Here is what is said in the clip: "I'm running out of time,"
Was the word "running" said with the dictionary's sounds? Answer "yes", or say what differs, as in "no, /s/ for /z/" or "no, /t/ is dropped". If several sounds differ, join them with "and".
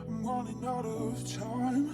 no, /w/ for /ɹ/